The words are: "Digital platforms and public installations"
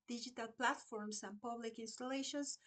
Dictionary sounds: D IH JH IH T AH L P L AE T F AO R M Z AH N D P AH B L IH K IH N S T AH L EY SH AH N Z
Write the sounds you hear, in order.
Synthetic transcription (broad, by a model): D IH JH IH T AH L P L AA T F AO R M S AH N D P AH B L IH K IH N S T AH L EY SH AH N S